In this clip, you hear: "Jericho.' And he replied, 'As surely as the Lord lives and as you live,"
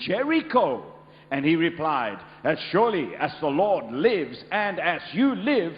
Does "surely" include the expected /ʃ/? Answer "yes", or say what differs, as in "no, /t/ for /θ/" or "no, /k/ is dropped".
yes